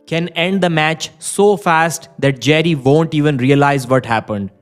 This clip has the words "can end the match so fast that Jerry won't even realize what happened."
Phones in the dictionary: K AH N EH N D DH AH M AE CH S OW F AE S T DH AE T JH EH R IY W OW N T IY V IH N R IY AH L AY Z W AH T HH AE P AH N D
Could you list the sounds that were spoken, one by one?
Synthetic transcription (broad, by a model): K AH N EH N D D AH M AE CH S OW F AE S T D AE T JH EH R IY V OW N T IY V IH N R IY AH L AY Z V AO T HH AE P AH N D